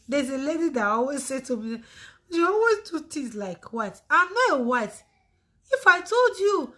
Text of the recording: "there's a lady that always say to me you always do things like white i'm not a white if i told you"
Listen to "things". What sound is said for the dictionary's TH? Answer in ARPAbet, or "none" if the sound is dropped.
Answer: T